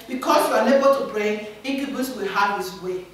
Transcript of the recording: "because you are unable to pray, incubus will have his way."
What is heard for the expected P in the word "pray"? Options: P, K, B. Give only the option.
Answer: B